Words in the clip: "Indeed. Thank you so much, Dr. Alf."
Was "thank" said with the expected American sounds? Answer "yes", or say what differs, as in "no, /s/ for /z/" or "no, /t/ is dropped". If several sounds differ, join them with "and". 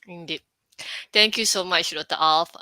no, /t/ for /θ/